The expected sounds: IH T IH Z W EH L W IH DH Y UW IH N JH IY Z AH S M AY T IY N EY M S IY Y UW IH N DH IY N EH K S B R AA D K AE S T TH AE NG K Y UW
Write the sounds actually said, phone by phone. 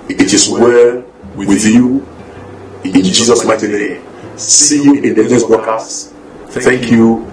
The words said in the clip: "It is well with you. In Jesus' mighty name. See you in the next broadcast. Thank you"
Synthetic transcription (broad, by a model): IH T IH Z W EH W W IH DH Y UW IH N JH IY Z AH S M AY T IY N EY M S IY Y UW IH N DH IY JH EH S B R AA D K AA S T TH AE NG K Y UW